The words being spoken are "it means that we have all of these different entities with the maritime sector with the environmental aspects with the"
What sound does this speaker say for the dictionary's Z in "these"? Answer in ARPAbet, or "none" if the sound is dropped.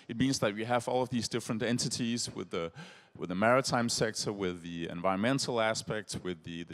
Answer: Z